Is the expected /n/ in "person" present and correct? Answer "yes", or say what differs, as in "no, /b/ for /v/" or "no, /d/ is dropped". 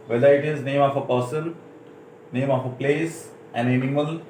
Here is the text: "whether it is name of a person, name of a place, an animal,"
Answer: no, /l/ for /n/